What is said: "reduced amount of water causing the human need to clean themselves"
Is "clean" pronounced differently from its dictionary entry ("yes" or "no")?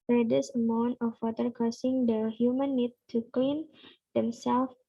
no